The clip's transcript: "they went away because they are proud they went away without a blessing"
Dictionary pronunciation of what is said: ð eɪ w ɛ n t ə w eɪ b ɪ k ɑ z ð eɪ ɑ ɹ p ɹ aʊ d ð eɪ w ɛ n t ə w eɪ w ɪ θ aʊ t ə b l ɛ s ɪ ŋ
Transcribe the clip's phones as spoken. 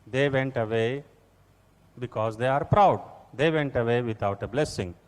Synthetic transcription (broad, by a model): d eɪ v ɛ n t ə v eɪ b ɪ k ɑ z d eɪ ɑ ɹ p ɹ aʊ d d eɪ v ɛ n t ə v eɪ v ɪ t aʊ t ə b l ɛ s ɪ ŋ